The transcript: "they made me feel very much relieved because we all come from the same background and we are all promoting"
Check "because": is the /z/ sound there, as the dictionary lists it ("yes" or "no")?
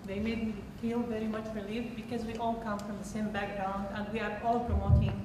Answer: yes